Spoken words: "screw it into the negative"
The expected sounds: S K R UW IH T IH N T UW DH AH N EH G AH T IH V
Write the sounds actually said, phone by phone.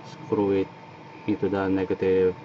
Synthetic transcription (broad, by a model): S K R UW IH T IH T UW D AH N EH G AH T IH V